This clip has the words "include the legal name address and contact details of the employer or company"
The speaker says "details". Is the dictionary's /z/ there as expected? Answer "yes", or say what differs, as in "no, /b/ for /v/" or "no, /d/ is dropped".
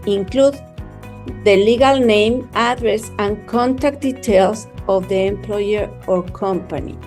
no, /s/ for /z/